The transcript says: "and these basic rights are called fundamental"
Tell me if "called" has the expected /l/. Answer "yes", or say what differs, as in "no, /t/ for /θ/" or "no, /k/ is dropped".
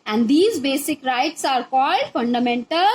yes